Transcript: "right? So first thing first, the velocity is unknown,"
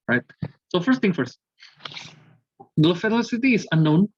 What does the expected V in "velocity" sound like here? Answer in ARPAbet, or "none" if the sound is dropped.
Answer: F